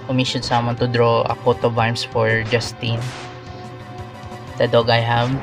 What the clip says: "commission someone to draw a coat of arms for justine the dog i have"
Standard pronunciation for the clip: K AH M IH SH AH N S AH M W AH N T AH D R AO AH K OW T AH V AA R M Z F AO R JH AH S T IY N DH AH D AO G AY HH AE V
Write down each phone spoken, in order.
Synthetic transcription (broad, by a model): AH M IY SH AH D S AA M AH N T AH D R AO AH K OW T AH B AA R M S F AO R JH AH S T IY N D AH D AO G AY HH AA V